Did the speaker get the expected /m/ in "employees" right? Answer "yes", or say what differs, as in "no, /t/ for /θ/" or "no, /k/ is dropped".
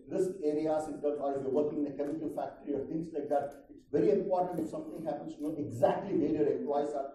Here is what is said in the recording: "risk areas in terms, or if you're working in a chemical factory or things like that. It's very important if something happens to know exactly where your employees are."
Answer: no, /m/ is dropped